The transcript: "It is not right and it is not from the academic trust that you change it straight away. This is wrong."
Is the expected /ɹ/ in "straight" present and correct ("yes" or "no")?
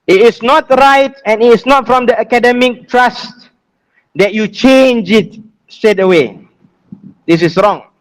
no